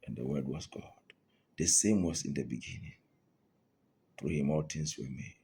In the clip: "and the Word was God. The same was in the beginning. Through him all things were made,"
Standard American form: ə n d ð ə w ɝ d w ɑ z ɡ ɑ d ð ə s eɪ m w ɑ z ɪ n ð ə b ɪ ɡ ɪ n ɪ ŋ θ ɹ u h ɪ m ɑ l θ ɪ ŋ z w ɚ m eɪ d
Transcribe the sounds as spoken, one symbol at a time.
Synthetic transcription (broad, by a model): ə n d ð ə w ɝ d w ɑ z ɡ ɑ d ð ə s eɪ m w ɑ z ɪ n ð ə b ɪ ɡ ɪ n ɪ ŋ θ ɹ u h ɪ m ɑ l t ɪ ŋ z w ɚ m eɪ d